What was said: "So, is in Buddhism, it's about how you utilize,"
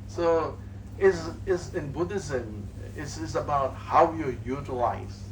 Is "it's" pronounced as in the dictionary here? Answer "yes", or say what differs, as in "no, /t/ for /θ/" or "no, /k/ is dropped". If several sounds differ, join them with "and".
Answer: no, /s/ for /t/